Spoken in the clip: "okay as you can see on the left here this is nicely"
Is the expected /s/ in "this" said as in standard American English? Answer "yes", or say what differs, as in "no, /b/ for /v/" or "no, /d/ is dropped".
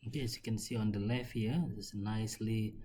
no, /s/ is dropped